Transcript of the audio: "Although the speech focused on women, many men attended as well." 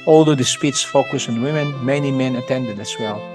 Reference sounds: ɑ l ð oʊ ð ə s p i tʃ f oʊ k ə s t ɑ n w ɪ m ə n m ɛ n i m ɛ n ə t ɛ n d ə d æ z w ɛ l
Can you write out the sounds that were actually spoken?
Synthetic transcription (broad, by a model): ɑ l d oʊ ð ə s p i s f oʊ k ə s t ɑ n w ɪ m ə n m ɛ n i m ɛ n ə t ɛ n d ə d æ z w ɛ l